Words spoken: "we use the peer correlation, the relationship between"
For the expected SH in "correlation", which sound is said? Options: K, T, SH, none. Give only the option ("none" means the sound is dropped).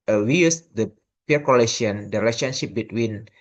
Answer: none